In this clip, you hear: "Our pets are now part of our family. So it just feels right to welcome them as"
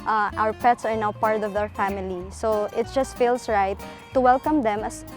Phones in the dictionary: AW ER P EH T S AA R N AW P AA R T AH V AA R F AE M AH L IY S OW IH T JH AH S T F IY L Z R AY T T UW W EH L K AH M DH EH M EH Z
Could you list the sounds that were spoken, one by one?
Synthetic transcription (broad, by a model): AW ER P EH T S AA R N AW P AA R T AH V AA R F AE M AH L IY S OW IH T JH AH S T F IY L S R AY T T UW W EH L K AH M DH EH M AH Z